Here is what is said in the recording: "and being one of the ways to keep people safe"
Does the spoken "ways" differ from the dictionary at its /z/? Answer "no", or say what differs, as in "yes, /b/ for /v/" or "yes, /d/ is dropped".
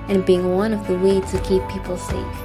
yes, /z/ is dropped